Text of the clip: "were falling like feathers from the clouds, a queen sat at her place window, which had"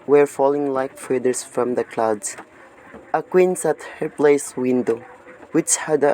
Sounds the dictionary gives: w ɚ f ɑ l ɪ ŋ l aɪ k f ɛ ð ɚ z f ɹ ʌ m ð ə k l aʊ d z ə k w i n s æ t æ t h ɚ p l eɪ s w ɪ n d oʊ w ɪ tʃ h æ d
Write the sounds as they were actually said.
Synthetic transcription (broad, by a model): w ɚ f ɑ l ɪ ŋ l aɪ k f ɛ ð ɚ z f ɹ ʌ m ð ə k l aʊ d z ə k w i n s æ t t h ɚ p l eɪ s w ɪ n d oʊ w ɪ tʃ h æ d